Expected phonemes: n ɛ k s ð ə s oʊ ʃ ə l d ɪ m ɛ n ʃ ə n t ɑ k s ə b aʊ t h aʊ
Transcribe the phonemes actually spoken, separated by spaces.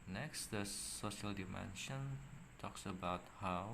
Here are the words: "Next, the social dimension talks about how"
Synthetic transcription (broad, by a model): n ɛ k s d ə s oʊ ʃ ə l d ɪ m ɛ n ʃ ə n t ɑ k s ə b aʊ t h aʊ